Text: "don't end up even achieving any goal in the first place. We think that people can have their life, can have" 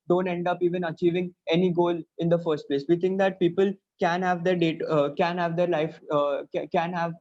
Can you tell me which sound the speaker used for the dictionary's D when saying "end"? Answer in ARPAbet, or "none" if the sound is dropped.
D